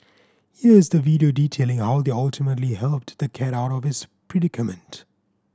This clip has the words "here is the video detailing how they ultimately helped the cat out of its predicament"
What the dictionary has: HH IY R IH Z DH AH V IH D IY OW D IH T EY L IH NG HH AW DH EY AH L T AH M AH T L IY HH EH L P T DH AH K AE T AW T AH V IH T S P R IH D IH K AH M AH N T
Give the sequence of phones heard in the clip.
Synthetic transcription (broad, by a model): HH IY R IH Z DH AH V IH D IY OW D IH T EY L IH NG HH AW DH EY AH L T AH M AH T L IY HH EH L P T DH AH K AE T AW T AH V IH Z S P R IH D IH K AH M AH N T